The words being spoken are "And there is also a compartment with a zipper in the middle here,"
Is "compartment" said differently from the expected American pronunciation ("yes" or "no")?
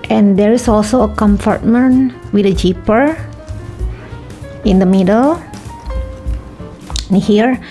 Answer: yes